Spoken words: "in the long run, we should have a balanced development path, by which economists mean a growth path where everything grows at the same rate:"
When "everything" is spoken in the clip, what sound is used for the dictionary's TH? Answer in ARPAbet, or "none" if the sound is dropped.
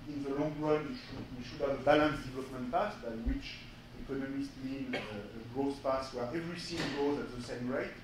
S